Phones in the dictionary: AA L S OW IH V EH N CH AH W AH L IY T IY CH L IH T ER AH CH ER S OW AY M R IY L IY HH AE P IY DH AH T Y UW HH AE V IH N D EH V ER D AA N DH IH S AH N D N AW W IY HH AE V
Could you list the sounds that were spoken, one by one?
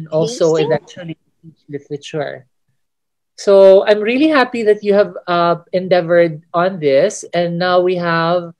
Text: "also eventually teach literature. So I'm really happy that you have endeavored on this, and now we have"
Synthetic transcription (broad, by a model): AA L S OW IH V EH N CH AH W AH L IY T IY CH L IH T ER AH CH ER S OW AY M R IY L IY HH AE P IY DH AH T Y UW HH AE V IH N D EH V ER D AA N DH IH S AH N N AW W IY HH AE V